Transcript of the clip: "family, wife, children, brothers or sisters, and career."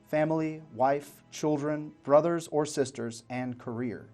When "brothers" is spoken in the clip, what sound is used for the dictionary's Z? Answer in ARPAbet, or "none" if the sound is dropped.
Z